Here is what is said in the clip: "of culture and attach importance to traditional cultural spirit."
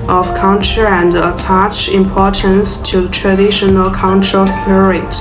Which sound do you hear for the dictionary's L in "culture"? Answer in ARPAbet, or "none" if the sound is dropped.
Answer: N